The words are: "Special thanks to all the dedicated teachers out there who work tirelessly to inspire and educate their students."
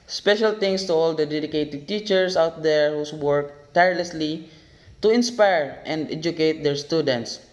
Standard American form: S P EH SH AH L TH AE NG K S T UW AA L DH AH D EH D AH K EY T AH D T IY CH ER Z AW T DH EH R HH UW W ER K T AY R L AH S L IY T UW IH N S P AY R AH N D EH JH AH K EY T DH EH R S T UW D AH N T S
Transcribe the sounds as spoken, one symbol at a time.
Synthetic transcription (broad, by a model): S P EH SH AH L T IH NG S T UW AA L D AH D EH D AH K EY T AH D T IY CH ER S AW T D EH R HH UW W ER K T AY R L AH S L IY T UW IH N S P AY R AH N D EH JH AH K EY T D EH R S T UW D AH N T S